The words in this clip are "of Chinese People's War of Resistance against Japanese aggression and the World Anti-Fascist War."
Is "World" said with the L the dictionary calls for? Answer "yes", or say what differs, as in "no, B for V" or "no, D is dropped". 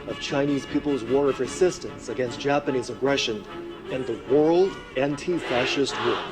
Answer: yes